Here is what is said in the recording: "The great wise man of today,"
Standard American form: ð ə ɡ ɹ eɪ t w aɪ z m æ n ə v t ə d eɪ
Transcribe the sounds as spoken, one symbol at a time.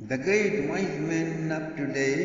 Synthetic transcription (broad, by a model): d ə ɡ ɹ eɪ t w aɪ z m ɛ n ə p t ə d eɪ